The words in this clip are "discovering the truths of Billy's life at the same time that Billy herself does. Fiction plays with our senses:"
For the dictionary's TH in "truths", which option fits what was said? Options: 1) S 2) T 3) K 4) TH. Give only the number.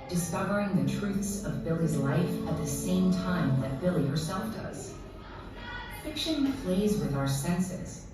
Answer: 4